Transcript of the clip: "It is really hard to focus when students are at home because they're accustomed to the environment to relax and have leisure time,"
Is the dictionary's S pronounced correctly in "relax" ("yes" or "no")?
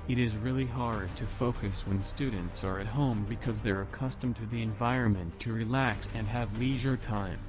yes